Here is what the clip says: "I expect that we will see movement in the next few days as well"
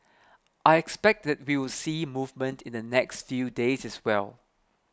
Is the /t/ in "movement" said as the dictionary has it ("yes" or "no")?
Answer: yes